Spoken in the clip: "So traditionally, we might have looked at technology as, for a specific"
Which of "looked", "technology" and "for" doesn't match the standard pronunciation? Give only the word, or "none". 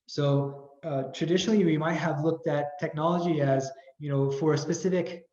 none